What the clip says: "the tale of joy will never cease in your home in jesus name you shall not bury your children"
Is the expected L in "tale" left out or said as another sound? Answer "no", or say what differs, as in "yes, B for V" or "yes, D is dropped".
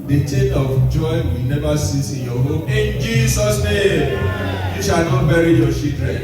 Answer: yes, N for L